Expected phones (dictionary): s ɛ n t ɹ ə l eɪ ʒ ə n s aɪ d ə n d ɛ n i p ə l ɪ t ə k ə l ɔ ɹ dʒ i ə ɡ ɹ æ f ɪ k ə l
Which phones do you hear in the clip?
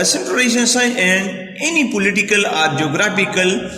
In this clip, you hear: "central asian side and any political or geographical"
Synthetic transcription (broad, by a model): s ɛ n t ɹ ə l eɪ ʃ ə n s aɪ ə n d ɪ n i p ə l ɪ t ə k ə l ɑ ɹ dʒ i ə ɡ ɹ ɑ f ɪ k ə l